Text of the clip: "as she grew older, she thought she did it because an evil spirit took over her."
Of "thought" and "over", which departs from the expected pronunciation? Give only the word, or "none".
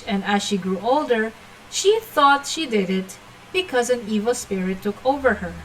none